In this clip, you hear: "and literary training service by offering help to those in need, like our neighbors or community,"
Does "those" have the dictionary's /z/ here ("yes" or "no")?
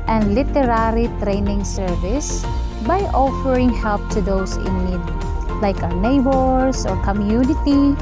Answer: no